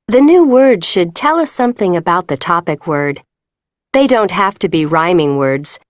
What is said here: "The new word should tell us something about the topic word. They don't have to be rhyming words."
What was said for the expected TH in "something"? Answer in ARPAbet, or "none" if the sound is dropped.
TH